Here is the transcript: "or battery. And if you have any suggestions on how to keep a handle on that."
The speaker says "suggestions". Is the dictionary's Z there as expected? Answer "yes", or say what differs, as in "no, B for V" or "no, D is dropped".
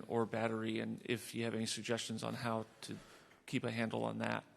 yes